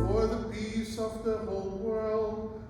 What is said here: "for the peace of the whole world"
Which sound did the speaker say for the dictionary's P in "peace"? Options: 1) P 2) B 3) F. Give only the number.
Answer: 2